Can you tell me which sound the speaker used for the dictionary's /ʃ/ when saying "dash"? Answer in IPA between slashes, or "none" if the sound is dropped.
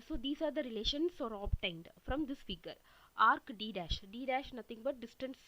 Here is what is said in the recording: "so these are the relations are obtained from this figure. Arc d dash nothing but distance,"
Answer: /ʃ/